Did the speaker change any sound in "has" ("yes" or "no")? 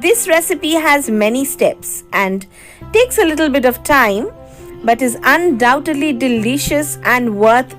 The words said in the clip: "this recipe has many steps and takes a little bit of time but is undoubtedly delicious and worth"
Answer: no